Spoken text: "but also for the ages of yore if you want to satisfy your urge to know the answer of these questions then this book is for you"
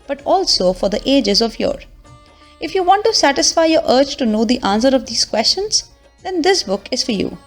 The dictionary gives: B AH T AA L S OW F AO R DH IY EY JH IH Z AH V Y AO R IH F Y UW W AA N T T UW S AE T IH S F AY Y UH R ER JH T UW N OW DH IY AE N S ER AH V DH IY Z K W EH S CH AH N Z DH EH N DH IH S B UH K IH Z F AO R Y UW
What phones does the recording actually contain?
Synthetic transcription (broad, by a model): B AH T AA L S OW F AO R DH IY EY JH IH Z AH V Y AO R IH F Y UW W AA N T T UW S AE T IH S F AY Y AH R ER CH T UW N OW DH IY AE N S ER AH V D IY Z K W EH S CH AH N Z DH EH N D IH S B UH K IH Z F AO R Y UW